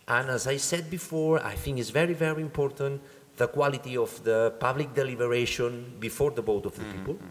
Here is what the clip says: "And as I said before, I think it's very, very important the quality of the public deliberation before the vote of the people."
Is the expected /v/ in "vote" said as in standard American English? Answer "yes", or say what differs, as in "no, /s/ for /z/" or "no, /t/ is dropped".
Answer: no, /b/ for /v/